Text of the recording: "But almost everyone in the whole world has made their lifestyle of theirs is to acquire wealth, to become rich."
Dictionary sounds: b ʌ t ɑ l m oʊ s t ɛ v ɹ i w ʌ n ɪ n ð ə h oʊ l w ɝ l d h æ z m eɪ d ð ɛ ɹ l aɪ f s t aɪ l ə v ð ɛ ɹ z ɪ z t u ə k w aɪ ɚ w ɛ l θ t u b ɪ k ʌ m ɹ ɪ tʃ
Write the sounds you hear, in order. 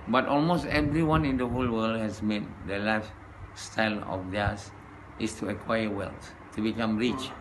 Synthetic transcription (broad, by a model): b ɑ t ɑ l m oʊ s t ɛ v ɹ i w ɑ n ɪ n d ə h oʊ l w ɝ l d h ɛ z m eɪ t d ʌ l aɪ f s t aɪ l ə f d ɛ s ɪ s t u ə k w aɪ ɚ w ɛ l s t u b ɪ k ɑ m ɹ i tʃ